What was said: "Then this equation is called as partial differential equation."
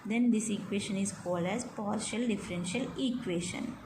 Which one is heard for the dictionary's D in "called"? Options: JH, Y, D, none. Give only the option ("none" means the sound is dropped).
D